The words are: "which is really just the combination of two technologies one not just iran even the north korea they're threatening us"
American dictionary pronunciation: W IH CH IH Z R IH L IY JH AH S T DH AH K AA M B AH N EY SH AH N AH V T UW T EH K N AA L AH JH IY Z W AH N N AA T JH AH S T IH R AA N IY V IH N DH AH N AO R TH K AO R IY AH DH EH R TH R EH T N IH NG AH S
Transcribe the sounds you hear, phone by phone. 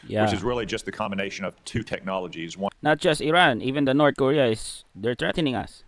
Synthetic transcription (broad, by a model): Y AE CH IH Z R IH L IY JH AH S T DH AH K AA M B AH N EY SH AH N AH V T UW T EH K N AA L AH JH IY Z W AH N N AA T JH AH S T IH R AA N IY V IH N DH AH N AO R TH K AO R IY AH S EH R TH R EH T N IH NG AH S